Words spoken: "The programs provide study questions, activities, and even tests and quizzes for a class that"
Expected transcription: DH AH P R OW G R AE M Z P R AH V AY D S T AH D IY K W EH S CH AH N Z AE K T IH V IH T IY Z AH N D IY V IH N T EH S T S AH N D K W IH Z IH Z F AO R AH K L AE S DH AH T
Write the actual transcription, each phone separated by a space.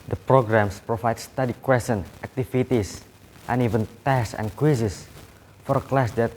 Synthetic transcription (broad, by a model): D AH P R OW G R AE M S P R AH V AY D S T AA D IY K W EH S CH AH N AE K T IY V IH T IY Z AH N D IY V IH N T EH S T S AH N K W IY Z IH S F AO R AH K L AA S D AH T